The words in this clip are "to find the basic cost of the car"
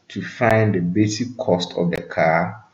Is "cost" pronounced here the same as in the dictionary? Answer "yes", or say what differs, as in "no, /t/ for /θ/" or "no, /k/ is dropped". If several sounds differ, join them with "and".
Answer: yes